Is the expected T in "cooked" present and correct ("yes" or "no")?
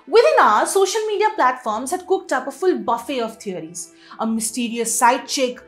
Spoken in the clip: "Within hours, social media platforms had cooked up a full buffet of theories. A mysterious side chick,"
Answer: yes